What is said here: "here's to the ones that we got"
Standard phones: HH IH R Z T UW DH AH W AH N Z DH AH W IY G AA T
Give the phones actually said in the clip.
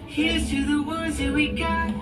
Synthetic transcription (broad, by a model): HH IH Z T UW DH AH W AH Z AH W IY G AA